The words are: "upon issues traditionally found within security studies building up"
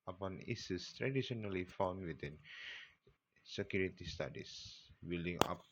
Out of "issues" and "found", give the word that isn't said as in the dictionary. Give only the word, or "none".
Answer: issues